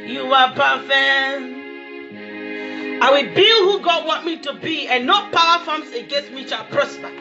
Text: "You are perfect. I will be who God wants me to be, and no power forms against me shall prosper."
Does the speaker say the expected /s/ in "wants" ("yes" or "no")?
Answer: no